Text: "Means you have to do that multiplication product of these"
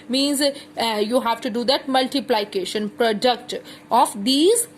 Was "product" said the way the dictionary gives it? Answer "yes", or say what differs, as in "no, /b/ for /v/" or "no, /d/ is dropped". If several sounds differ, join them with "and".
yes